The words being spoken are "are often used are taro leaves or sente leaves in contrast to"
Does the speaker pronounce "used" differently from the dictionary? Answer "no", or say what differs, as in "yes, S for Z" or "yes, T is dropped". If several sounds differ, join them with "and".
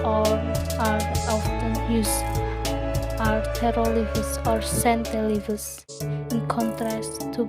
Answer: yes, D is dropped